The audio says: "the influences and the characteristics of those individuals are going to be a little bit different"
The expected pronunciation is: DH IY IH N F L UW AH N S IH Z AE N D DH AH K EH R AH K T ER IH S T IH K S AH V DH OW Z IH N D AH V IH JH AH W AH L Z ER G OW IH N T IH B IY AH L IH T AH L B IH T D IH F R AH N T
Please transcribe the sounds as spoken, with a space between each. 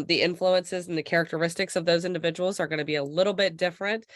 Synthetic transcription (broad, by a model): DH IY IH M F L UW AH N S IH Z N DH AH K EH R AH K T ER IH S T IH K S AH V DH OW Z IH N D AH V IH JH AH W L Z ER G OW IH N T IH B IY AH L IH T L B IH T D IH F R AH N T